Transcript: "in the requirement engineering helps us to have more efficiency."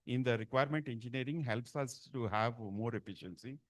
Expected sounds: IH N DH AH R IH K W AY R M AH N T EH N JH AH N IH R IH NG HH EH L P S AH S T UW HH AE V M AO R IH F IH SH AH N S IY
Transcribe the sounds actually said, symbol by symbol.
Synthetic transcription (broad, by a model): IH N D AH R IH K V AY R M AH N T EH N JH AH N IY R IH NG HH EH L P S AH S T UW HH AE V M AO R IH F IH SH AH N S IY